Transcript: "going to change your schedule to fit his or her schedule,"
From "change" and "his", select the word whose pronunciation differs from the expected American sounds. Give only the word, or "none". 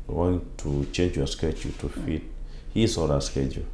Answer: his